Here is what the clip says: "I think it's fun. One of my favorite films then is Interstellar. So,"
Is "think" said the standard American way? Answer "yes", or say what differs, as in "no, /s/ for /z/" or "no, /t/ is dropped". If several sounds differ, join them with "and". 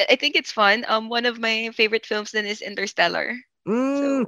yes